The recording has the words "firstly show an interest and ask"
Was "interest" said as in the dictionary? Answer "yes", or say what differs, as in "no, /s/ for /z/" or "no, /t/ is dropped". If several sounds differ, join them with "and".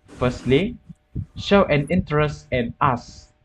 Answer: yes